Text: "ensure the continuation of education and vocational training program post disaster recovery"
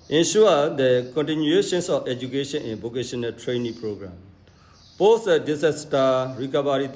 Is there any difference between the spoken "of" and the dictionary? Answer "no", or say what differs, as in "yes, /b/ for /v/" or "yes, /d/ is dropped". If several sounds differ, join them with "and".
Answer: yes, /f/ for /v/